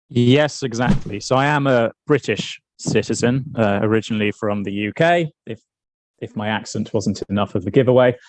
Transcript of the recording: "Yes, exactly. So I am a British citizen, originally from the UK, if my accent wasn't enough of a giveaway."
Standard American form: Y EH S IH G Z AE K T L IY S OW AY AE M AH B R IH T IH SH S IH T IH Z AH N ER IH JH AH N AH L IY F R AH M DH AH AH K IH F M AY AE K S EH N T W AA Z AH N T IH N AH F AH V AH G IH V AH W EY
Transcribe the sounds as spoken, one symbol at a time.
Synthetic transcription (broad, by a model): Y EH S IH G Z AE K T L IY S OW AY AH M AH B R IH T IH SH S IH T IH Z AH N ER IH JH AH N AH L IY F R AH M DH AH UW K IH F M AY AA K S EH N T W AA Z AH N T IH N AH F AH V AH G IH V AH W EY